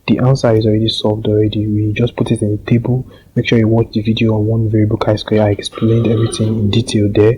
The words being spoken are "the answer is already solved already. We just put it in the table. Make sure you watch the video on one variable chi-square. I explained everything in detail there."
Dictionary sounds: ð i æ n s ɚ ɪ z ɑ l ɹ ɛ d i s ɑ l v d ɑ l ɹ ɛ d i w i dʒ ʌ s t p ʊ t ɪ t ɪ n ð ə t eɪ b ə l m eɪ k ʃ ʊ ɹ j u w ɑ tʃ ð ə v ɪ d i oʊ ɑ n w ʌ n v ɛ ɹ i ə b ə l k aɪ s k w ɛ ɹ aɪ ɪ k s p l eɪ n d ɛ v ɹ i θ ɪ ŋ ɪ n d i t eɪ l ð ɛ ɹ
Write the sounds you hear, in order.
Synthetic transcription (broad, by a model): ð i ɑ n s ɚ ɪ z ɑ l ɹ ɛ d i s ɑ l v d ɑ l ɹ ɛ d i w i dʒ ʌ s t p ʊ t ɪ t ɪ n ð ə t eɪ b ə l m eɪ k ʃ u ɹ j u w ɑ tʃ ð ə v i d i oʊ ɑ n w ʌ n v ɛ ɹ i b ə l k aɪ s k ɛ aɪ ɪ k s p l eɪ n d ɛ v ɹ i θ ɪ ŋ ɪ n d i t eɪ l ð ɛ